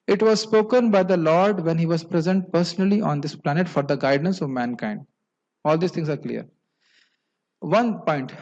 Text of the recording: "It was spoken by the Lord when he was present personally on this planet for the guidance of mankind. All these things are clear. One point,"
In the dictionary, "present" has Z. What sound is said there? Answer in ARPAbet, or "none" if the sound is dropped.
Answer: Z